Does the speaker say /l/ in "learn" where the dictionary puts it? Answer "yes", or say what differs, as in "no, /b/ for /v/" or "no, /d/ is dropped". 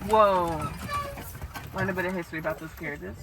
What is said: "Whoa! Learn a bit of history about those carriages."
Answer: no, /w/ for /l/